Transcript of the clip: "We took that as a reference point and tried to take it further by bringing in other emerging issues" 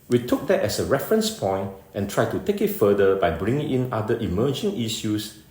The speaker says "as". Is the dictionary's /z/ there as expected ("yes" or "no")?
no